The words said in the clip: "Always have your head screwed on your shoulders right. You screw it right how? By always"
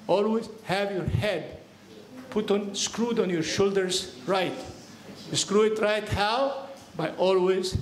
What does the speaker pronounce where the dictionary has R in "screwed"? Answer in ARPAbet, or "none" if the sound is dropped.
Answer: R